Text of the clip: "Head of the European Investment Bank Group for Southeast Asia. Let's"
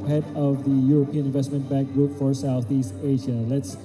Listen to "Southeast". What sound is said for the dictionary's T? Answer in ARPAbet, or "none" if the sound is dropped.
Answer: T